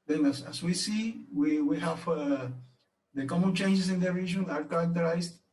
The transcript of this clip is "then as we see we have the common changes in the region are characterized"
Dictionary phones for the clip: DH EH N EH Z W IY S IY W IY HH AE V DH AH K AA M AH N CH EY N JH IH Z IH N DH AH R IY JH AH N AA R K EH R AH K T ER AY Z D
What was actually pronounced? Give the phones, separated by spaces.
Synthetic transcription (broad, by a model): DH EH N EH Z W IY S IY W IY HH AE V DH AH K AA M AH N CH EY N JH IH S IH N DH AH R IY JH AH N AA R K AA R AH K T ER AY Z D